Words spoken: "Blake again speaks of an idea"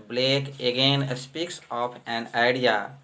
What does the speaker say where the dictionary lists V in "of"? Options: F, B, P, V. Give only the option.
P